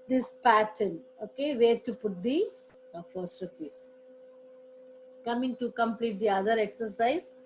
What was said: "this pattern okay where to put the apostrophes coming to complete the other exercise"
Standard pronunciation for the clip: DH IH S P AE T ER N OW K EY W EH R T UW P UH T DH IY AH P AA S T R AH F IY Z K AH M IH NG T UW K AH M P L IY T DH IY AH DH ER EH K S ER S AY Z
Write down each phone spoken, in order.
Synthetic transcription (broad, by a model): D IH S P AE T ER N OW K EY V EH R T UW P UH T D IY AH F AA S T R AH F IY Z K AH M IH NG T UW K AH M P L IY T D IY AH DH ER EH K S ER S AY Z